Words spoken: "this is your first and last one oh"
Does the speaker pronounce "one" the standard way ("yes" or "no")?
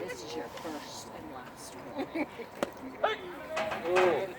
no